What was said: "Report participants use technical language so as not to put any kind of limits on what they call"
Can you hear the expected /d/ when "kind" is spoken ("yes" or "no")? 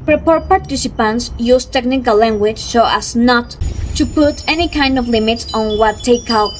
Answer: yes